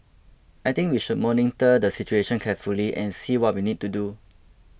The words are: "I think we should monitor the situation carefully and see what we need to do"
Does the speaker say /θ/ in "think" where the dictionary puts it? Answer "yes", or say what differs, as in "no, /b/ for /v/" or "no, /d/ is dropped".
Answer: no, /t/ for /θ/